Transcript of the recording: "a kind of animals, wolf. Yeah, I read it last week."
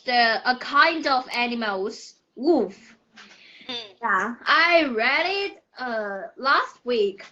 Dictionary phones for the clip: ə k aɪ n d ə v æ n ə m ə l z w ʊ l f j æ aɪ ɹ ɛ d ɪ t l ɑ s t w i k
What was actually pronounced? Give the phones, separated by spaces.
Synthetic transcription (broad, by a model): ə k aɪ n d ə v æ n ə m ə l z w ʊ f j æ aɪ ɹ ɛ d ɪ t l ɑ s t w i k